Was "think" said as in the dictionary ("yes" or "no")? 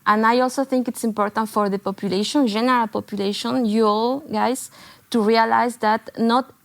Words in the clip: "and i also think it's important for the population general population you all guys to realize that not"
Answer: yes